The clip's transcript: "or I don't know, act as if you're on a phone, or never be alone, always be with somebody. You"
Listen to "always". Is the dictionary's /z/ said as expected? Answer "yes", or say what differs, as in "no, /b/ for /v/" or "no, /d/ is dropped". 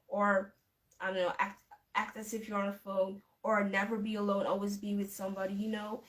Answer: yes